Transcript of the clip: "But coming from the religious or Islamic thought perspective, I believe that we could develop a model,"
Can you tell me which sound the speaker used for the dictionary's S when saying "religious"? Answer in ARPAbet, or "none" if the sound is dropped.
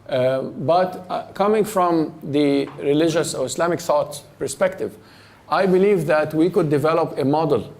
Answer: S